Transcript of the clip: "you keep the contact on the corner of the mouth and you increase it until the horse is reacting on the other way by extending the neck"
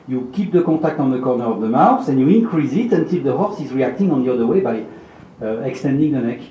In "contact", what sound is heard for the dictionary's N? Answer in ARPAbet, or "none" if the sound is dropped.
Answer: none